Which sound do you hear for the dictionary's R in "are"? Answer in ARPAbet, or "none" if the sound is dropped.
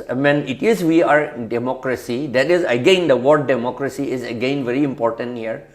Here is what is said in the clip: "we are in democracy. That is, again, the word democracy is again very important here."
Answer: W